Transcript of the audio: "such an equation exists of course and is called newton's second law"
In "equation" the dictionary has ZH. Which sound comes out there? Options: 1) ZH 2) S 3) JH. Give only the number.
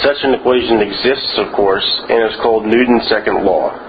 1